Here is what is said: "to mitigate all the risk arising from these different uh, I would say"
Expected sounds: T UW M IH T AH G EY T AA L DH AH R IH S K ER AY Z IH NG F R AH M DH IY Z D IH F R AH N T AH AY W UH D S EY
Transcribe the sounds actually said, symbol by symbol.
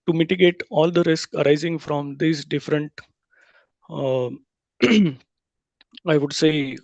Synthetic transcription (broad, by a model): T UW M IH T AH G EY T AA L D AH R IH S K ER AY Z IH NG F R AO M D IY S D IH F R AH N T AY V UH D S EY